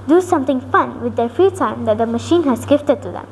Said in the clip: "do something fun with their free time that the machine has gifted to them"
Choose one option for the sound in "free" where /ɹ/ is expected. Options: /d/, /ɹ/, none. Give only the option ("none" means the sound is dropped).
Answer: none